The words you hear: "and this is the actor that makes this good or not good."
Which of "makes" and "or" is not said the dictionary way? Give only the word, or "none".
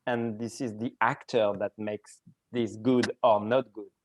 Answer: none